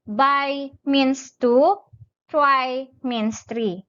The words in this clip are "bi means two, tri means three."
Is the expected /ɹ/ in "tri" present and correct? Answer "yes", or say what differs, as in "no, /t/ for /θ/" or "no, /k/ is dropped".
no, /w/ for /ɹ/